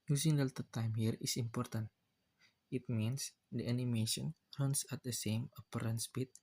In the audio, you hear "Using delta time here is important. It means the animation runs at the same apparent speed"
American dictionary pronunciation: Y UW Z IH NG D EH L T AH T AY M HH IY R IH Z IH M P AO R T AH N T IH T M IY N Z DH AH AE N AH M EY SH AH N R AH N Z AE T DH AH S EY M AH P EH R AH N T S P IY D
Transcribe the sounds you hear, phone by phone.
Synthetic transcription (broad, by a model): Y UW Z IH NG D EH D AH T AY M HH IY R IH S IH M P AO R T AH N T IH T M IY N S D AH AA N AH M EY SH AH N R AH N S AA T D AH S EY M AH P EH R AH N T S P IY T